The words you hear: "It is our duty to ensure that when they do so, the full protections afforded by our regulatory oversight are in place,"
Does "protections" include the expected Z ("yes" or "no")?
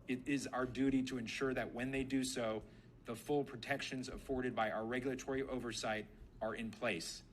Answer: yes